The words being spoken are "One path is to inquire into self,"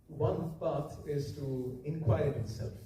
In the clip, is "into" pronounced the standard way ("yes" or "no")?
no